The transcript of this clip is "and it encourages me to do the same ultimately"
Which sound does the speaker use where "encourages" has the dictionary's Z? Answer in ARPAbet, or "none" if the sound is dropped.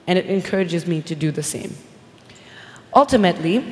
Z